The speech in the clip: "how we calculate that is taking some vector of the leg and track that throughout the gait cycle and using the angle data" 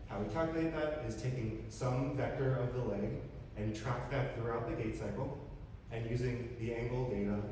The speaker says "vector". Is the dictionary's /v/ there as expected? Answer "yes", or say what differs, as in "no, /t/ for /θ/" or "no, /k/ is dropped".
yes